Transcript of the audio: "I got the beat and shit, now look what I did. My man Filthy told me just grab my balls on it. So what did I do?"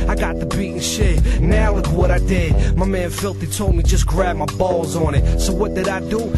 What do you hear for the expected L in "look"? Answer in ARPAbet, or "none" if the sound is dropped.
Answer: W